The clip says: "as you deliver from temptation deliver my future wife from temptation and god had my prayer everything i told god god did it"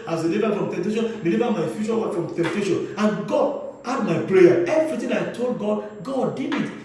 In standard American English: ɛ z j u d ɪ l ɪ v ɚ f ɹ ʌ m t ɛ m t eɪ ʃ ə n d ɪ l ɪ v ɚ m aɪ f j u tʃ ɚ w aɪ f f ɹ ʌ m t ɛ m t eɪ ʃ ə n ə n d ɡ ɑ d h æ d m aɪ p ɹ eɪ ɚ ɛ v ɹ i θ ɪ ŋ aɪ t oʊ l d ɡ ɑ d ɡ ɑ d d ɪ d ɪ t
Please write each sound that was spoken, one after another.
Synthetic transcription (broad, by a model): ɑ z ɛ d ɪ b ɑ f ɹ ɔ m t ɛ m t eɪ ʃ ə n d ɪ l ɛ b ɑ m aɪ f j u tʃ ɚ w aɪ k f ɹ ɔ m t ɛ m t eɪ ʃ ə n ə n ɡ ɑ d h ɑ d m aɪ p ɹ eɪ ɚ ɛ v ɹ i t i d aɪ t oʊ l d ɡ ɑ d ɡ ɑ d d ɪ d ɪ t